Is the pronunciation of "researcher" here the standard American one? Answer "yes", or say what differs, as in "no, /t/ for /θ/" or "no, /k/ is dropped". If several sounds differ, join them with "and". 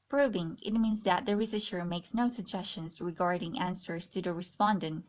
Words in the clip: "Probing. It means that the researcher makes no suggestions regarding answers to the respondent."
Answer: no, /ʃ/ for /tʃ/